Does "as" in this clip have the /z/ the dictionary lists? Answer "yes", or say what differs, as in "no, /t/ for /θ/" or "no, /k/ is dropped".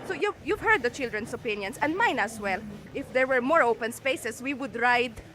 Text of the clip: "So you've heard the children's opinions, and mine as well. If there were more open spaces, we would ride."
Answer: no, /s/ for /z/